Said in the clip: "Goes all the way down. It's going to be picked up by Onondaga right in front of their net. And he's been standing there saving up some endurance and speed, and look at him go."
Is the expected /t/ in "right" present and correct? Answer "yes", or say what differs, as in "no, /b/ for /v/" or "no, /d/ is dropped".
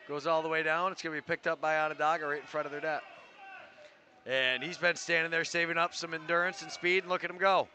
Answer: no, /t/ is dropped